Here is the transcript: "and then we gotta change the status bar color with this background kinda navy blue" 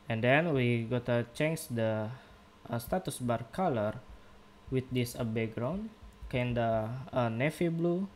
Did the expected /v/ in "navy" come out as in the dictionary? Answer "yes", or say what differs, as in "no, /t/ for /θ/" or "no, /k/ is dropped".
no, /f/ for /v/